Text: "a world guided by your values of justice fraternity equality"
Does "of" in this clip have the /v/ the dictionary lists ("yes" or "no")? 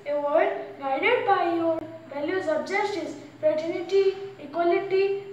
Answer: no